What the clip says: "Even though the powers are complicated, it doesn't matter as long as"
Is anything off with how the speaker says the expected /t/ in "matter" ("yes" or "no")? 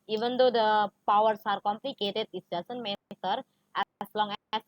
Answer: yes